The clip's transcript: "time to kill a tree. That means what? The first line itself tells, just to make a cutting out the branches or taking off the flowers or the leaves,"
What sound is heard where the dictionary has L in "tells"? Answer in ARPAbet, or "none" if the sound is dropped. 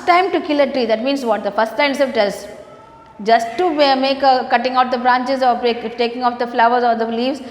none